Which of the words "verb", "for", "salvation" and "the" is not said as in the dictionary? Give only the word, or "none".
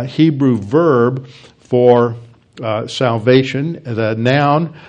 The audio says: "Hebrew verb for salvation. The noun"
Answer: none